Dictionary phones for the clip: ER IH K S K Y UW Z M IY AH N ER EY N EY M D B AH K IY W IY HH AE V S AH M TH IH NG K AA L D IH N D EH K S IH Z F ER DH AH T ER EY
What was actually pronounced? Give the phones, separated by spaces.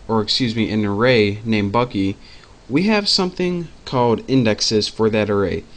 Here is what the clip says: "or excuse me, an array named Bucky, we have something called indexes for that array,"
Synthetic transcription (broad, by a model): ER IH K S K Y UW Z M IY AH N ER EY N EY M B AH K IY W IY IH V S AH M TH IH NG K AA L D IH N D EH K S IH Z F ER DH AH T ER EY